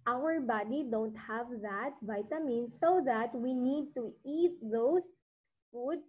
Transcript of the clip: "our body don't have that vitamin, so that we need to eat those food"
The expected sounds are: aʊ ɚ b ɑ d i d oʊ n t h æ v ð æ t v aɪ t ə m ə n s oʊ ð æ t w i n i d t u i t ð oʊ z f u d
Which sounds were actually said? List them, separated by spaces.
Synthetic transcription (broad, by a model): aʊ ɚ b ɑ d i d oʊ n t h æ v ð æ t v aɪ t ə m ə n s oʊ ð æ t w i n i d t u i t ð oʊ s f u d